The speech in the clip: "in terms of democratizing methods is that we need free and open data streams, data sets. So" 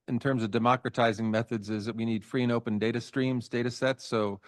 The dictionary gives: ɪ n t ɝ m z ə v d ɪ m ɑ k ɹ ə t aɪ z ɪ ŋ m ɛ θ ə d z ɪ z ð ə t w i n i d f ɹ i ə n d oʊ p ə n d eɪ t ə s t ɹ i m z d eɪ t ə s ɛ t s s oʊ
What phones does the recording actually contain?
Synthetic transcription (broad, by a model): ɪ n t ɝ m z ə v d ɪ m ɑ k ɹ ə t aɪ z ɪ ŋ m ɛ θ ə d z ɪ z ð ə t w i n i d f ɹ i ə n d oʊ p ə n d eɪ t ə s t ɹ i m z d eɪ t ə s ɛ t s s oʊ